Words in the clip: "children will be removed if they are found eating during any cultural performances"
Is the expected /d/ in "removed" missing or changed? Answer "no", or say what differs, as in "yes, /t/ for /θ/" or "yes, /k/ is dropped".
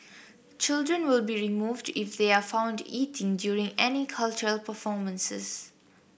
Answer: no